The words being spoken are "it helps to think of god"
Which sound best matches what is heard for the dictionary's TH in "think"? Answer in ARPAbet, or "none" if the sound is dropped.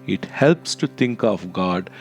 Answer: T